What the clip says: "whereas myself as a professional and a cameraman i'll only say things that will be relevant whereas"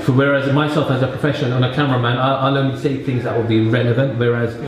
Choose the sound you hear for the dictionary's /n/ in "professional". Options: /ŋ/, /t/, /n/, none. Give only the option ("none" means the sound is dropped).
none